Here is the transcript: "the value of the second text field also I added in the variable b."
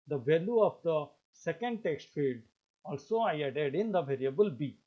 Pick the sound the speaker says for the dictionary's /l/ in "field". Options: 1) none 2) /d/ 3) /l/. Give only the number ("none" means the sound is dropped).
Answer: 3